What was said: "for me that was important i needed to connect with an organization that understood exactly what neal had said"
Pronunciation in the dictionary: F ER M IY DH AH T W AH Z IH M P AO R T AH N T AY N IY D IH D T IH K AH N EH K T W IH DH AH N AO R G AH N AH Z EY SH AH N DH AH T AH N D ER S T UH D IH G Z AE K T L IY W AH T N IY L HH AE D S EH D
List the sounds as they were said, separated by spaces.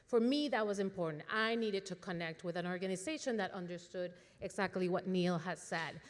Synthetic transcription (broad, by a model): F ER M IY DH AH T W AH Z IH M P AO R T N T AY N IY D IH D T IH K AH N EH K T W IH DH AH N AO R G AH N AH Z EY SH AH N DH AH T AH N D ER S T UH D IH G Z AE K T L IY W AH T N IY L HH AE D S EH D